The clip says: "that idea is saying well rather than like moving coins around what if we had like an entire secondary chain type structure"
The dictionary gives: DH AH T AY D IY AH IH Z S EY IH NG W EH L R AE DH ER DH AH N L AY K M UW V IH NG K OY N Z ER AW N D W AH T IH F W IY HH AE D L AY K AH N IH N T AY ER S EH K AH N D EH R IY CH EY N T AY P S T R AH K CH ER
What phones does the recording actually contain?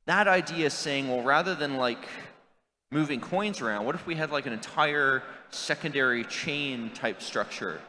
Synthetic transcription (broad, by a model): DH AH T AY D IY AH IH Z S EY IH NG W EH L R AE DH ER DH AH N L AY K M UW V IH NG K OY N Z ER AW N D W AH T IH F W IY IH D L AY K AH N IH N T AY ER S EH K AH N D EH R IY CH EY N T AY P S T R AH K CH ER